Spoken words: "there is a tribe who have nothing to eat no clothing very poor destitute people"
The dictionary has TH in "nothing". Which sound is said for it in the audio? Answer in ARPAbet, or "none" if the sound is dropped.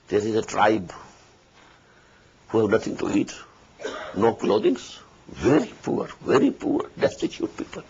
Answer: T